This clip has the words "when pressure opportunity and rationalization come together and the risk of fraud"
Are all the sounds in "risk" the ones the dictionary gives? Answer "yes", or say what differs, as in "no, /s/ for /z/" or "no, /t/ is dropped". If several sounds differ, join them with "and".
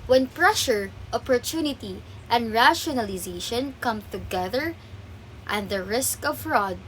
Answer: yes